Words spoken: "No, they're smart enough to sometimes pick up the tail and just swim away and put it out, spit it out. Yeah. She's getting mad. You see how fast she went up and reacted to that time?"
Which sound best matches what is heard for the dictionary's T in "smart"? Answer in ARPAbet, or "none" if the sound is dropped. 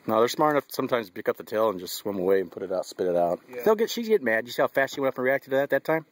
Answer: none